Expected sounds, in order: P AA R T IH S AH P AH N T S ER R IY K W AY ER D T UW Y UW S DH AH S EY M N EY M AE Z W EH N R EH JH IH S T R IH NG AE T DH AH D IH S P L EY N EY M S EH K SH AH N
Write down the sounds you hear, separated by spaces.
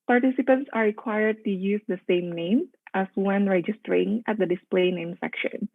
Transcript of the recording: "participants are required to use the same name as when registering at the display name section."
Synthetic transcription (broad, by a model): P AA R T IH S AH P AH N T S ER R IY K W AY ER D T UW Y UW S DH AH S EY M N EY M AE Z W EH N R EH JH IH S T R IH NG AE T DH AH D IH S P L EY N EY M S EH K SH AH N